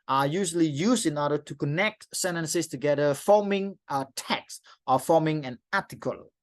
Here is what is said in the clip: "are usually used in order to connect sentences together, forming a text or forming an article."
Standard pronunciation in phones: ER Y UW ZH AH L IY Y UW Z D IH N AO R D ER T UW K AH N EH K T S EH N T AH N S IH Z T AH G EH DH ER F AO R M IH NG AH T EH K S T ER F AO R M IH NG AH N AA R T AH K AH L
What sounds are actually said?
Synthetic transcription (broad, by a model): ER Y UW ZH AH L IY Y UW S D IH N AO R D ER T UW K AH N EH K T S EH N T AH N S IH S T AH G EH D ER F AO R M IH NG AH T EH K S T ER F AO M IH NG AH N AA T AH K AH L